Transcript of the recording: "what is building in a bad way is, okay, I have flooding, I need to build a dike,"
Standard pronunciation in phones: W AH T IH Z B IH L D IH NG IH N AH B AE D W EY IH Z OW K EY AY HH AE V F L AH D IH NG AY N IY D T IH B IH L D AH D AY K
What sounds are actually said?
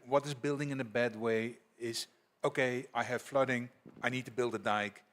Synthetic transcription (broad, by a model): W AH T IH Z B IH L D IH NG IH N AH B AE D W EY IH Z OW K EY AY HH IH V F L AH D IH NG AY N IY D T IH B IH L D AH D AY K